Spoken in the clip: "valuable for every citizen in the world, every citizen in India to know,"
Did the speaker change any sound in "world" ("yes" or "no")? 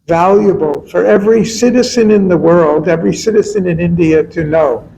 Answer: no